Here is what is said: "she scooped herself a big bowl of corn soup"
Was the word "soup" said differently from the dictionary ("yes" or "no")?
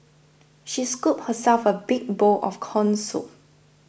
yes